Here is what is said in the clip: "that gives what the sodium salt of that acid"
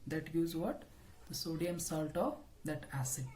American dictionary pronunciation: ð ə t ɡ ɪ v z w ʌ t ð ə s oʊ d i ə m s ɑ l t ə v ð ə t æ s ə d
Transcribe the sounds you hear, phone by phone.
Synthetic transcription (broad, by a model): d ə t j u z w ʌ t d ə s oʊ d i ə m s ɑ l t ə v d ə t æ s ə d